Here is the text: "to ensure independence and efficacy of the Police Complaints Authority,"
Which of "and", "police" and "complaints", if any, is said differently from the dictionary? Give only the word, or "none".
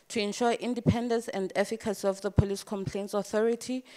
none